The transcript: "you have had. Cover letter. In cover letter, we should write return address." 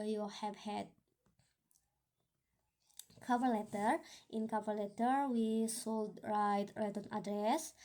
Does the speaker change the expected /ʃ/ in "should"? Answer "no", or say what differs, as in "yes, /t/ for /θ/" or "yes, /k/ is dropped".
yes, /s/ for /ʃ/